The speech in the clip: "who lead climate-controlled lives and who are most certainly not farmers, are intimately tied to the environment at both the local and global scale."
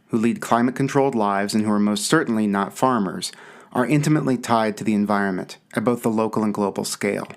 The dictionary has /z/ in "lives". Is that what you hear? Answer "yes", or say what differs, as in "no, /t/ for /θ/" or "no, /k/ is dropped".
yes